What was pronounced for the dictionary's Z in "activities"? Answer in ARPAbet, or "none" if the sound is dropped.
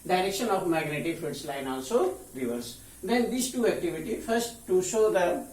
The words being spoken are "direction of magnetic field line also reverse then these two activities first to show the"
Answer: none